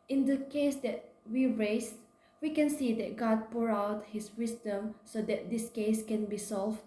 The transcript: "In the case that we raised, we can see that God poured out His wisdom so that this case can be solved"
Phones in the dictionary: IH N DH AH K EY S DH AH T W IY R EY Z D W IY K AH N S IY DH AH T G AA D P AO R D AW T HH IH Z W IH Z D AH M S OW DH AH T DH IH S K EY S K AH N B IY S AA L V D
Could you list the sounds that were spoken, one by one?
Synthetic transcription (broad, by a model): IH N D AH K EY S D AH T W IY R EY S W IY K AH N S IY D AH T G AA D P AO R AW T HH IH S W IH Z D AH M S OW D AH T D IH S K EY S K AH N B IY S AA L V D